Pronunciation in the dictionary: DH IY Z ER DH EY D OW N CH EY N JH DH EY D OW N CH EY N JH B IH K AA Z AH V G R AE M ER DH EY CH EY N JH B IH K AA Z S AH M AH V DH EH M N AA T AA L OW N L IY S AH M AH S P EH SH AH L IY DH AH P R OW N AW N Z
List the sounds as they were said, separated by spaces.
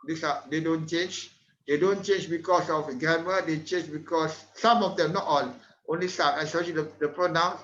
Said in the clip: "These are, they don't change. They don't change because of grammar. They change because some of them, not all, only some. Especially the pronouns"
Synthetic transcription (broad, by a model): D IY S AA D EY D OW N CH EY N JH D EY D OW N CH EY N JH B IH K AA S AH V G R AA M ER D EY CH EY N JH B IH K AA S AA M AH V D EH M N AA T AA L OW N L IY S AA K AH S AO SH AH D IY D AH P R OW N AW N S